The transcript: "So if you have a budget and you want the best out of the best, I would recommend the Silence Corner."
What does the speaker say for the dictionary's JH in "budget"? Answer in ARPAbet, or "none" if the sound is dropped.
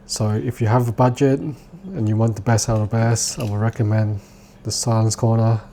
JH